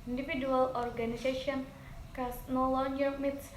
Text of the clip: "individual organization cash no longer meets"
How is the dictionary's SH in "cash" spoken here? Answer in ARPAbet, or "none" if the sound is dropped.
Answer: S